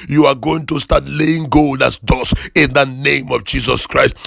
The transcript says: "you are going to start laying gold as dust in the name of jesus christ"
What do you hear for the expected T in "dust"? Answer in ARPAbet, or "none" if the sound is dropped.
none